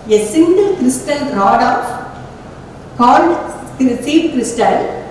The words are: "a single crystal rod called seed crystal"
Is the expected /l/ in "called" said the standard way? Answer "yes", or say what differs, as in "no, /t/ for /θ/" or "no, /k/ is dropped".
no, /n/ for /l/